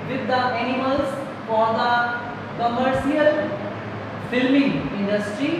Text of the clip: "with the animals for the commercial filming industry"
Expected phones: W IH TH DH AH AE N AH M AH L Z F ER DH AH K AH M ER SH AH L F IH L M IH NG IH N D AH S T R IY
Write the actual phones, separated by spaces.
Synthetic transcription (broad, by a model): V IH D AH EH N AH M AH L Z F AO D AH K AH M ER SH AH L F IH L M IH NG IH N D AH S T R IY